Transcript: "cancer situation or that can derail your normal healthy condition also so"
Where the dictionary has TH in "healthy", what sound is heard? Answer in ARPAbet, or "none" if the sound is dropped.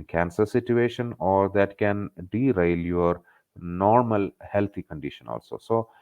T